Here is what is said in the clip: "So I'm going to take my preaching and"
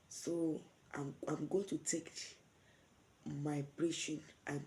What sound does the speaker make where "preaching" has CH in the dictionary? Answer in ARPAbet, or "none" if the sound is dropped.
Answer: SH